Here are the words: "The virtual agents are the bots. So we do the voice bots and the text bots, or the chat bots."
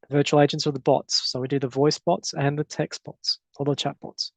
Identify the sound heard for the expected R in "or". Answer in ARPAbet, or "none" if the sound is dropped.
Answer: L